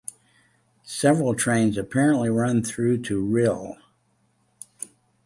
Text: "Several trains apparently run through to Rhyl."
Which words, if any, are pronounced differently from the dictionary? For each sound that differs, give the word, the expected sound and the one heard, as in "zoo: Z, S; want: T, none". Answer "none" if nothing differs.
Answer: none